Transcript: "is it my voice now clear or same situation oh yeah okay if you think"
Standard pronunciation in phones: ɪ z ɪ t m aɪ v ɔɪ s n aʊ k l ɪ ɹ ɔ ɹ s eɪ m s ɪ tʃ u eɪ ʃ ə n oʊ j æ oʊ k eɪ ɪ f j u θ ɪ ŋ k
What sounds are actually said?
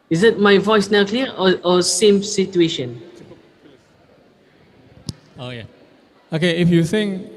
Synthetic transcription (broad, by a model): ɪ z ɪ t m aɪ v ɔɪ s n aʊ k l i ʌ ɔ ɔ s eɪ m s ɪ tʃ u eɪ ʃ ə n oʊ j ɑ oʊ k eɪ ɪ f j u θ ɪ ŋ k